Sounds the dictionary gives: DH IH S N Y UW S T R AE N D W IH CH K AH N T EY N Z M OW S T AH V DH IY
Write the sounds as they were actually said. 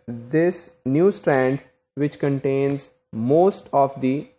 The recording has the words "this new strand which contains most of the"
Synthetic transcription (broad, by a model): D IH S N Y UW S T R AE N D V IH CH K AH N T EY N Z M OW S T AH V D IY